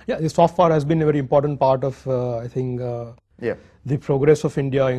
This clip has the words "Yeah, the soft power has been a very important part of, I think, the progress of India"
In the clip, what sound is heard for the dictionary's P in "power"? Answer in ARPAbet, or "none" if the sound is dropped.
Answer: F